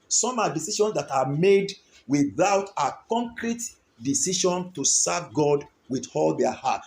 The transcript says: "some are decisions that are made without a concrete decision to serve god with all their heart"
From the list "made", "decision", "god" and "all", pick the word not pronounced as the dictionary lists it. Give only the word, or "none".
decision